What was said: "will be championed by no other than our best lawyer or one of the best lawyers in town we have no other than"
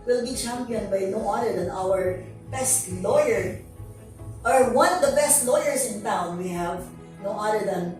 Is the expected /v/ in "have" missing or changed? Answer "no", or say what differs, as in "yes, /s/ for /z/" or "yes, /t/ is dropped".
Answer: no